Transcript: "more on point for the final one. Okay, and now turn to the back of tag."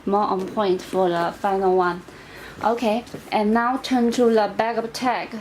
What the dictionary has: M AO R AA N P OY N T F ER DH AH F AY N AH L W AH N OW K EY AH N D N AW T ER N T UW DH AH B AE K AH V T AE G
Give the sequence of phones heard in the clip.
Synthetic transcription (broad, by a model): M AO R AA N P OY N T F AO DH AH F AY N AH L W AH N OW K EY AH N N AW T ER N T UW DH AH B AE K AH P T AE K